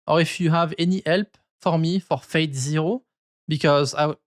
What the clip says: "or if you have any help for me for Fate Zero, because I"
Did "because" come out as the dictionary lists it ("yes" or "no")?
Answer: yes